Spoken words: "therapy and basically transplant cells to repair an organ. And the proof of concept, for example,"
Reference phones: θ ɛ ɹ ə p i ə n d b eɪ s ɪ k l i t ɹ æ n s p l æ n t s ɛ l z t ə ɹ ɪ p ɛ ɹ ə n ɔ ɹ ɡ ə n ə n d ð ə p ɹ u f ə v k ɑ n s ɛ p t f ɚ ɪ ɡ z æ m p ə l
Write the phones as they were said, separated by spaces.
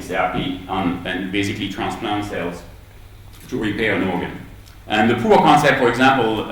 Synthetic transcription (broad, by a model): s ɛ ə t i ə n b eɪ s ɪ k l i t ɹ æ n s p l æ n t s ɛ l z t ə ɹ ɪ p ɛ ɹ ə n ɔ ɹ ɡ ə n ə n ð ə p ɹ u ə k ɑ n s ɛ p t f ɚ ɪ ɡ z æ m p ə l